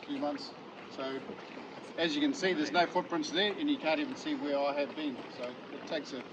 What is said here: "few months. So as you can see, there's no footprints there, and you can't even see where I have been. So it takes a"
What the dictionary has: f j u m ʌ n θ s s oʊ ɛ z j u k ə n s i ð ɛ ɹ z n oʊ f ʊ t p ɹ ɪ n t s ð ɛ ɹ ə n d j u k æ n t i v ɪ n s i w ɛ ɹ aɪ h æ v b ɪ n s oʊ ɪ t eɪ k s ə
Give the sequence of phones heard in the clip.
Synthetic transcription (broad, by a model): f j u m ʌ n θ s s oʊ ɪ z j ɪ k ə n s i ð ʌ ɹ z n oʊ f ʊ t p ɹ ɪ n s ð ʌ ɹ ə n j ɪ k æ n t i v ɪ n s i w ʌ ɹ aɪ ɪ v b ɪ n s oʊ ɪ t eɪ k s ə